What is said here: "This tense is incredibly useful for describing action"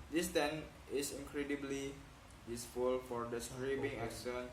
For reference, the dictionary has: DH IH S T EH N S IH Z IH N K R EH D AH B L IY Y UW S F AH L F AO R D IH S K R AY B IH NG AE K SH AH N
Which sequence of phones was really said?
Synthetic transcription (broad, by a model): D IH S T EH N IH S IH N K R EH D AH B L IY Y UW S F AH L F AO R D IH S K R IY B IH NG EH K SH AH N